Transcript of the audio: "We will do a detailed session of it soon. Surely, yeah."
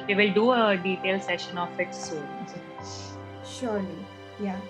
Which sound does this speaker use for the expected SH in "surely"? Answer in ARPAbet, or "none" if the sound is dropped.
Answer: SH